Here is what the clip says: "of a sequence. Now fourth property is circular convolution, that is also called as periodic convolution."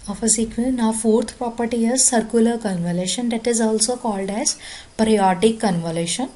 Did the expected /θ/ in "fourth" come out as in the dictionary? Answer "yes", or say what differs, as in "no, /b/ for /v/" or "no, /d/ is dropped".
no, /t/ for /θ/